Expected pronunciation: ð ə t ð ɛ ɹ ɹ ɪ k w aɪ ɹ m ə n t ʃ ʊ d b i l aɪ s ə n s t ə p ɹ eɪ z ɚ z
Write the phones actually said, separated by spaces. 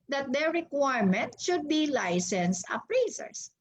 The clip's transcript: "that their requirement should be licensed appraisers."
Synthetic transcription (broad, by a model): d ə t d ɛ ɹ ɹ ɪ k w aɪ ɹ m ə n t ʃ ʊ d b i l aɪ s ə n s ə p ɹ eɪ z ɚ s